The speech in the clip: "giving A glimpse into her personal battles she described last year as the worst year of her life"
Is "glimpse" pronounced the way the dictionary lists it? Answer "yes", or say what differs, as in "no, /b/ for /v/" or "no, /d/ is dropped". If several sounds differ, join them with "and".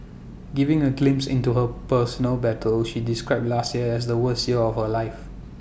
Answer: yes